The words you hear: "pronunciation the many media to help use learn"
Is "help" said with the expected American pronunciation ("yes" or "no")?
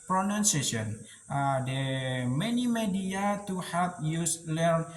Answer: no